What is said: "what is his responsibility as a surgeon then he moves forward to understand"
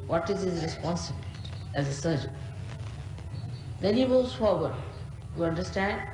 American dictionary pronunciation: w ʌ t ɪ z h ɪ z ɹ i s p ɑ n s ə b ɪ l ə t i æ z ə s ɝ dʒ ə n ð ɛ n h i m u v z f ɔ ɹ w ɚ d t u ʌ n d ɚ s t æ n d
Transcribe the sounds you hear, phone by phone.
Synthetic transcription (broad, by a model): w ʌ t ɪ z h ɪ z ɹ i s p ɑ n s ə b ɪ l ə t æ z ə s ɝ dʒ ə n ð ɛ n h i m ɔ z f ɔ ɹ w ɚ d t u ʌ n d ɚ s t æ n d